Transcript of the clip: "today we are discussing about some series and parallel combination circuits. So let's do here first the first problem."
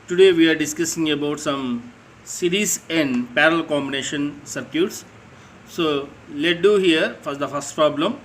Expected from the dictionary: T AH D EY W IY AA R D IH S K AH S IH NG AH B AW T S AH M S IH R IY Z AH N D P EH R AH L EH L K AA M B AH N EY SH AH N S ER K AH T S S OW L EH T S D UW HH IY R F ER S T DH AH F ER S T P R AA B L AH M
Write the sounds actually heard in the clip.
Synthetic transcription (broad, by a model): T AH D EY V IY AA R D IH S K AH S IH NG AH B AW T S AH M S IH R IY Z AH N D P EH R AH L L K AA M B AH N EY SH AH N S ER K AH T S S OW L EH T D UW HH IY R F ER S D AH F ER S T P R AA B L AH M